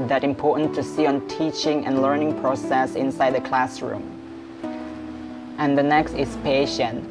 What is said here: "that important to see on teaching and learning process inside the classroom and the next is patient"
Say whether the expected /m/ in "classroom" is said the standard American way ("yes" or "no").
yes